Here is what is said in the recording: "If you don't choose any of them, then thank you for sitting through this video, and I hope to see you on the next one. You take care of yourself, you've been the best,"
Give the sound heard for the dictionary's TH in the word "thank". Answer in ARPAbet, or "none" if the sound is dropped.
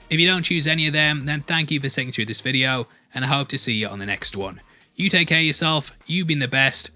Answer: TH